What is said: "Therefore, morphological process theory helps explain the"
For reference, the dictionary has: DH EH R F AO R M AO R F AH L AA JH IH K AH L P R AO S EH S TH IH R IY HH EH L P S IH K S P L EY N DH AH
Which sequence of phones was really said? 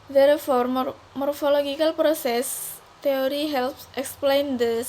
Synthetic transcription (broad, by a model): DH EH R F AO R M AO R F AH L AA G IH K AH L P R AO S EH S T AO R IY HH EH L P S IH K S P L EY N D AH